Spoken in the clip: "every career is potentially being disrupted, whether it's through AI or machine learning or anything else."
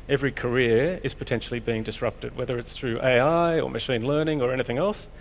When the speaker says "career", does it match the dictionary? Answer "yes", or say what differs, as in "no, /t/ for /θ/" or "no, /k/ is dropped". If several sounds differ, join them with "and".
yes